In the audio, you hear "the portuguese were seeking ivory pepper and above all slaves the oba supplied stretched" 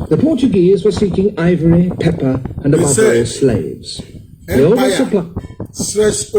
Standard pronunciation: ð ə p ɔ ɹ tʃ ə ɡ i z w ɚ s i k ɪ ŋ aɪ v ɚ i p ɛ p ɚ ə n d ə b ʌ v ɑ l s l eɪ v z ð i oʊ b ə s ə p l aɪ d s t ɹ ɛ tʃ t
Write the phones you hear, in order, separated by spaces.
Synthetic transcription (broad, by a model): ð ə p ɔ ɹ tʃ ə ɡ i z w ɚ s i k ɪ ŋ aɪ v ɚ i p ɛ p ɚ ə n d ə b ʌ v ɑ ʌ s l eɪ v z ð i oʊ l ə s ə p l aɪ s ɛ